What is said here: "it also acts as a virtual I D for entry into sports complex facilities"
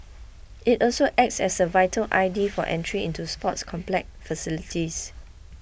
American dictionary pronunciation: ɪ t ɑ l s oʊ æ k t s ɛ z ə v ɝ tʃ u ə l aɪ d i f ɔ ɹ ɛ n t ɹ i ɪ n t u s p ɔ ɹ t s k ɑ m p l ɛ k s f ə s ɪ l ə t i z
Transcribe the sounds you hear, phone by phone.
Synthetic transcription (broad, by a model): ɪ t ɑ l s oʊ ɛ k t s ɛ s ə v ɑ u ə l aɪ d i f ɔ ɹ ɛ n t ɹ i ɪ n t u s p ɔ t s k ɑ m p l ɛ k f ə s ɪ l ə t i s